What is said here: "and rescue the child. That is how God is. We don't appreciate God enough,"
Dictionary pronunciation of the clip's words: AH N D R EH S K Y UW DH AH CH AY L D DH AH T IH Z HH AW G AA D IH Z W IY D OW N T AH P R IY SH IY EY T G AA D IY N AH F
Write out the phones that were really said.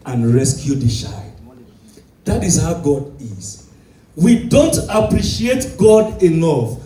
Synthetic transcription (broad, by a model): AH N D R EH S K Y UW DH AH SH AY D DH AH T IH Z HH AW G AA D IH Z W IY D OW N T AH P R IY SH IY EY T G AA D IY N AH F